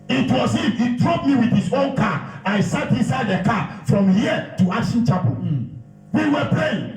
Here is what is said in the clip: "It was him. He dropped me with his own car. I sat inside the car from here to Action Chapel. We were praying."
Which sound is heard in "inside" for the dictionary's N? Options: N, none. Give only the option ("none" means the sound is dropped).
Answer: N